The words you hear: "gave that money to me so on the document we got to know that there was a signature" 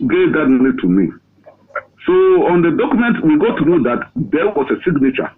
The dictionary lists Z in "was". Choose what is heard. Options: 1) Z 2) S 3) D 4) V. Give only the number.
2